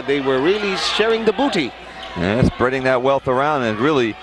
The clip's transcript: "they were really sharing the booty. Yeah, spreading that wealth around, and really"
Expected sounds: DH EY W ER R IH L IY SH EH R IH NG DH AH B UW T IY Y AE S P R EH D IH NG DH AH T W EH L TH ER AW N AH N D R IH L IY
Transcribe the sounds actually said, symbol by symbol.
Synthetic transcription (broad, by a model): DH EY W ER R IH L IY SH EH R IH NG DH AH B UW T IY Y AE S P R EH D IH NG DH AH T W EH L TH ER AW N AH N R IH L IY